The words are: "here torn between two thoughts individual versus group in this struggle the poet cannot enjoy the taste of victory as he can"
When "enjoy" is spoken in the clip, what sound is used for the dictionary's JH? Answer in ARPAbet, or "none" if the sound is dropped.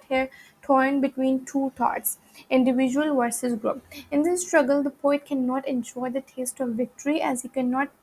SH